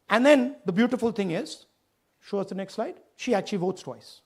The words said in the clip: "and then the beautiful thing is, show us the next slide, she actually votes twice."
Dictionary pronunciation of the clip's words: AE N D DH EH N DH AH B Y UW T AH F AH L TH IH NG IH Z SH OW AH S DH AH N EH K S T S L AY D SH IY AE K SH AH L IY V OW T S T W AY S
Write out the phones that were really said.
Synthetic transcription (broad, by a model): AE N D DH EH N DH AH B Y UW T AH F AH L T IH NG IH Z SH OW AH S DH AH N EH K S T S L AY D SH IY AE K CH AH L IY V OW T S T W AY S